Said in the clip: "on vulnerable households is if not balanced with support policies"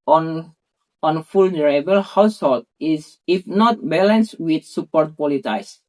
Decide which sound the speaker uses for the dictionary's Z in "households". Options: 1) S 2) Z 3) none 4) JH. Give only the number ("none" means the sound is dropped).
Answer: 3